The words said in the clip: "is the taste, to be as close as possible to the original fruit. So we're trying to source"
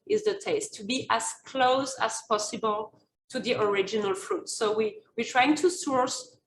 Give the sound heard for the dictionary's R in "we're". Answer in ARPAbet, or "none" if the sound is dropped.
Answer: W